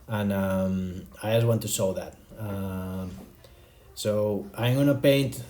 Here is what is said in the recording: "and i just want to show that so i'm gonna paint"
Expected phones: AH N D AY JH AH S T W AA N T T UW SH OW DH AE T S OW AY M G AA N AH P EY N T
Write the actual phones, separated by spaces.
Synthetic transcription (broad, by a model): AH N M AY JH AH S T W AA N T T UW S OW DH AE T S OW AY M G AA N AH P EY N T